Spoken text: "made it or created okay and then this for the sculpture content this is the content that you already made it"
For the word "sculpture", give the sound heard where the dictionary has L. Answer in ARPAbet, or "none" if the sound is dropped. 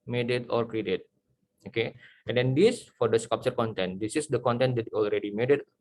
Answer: none